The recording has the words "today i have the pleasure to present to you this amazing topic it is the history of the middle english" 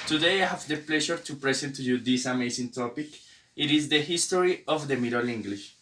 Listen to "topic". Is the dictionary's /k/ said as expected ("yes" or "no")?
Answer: yes